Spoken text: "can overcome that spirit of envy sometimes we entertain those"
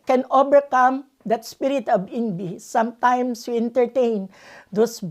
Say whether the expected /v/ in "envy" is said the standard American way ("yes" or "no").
no